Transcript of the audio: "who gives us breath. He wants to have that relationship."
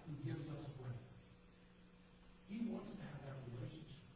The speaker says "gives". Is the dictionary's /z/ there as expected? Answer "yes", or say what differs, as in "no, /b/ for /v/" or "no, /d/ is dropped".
yes